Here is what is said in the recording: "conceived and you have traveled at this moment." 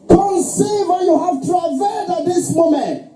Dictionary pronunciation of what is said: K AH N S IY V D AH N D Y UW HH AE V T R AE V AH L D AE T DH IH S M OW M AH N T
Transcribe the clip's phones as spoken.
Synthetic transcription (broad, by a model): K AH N S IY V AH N Y UW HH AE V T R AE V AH D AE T DH IH S M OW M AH N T